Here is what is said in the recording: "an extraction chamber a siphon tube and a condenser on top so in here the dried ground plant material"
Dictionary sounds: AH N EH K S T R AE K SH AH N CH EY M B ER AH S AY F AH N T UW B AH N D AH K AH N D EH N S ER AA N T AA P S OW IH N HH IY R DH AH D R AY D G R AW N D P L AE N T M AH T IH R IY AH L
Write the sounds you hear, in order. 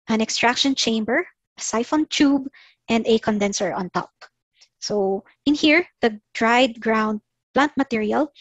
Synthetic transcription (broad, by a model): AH N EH K S T R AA K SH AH N CH EY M B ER AH S AY F AH N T UW B AH N D AH K AH N D EH N S ER AA N T AA P S OW IH N HH IY R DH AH D R AY D G R AW N D P L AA N T M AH T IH R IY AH L